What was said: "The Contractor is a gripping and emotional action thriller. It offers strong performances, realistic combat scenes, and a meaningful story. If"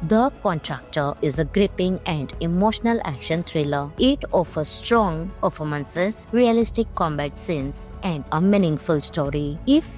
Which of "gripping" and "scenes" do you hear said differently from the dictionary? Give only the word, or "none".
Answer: scenes